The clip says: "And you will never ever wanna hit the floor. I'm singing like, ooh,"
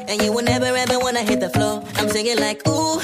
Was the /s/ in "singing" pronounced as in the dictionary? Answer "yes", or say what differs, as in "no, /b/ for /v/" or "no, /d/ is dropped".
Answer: no, /θ/ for /s/